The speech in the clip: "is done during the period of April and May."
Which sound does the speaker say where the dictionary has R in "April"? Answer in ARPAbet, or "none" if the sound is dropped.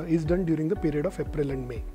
R